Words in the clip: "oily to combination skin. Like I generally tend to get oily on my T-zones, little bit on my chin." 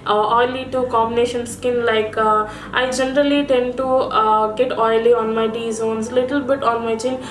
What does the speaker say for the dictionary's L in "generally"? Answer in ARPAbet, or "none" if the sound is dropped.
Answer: L